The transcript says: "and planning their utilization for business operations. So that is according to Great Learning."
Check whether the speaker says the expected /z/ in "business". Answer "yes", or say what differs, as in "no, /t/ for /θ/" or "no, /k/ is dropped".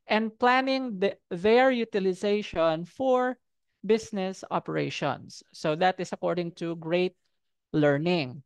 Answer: no, /s/ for /z/